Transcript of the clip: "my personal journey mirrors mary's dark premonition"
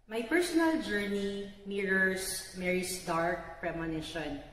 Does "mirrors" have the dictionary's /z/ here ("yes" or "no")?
no